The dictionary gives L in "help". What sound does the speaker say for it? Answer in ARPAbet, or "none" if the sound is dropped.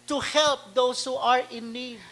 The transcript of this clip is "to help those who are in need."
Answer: L